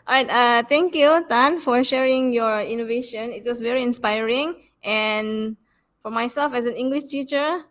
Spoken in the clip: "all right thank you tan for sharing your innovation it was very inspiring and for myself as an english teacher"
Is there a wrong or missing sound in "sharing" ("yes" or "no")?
no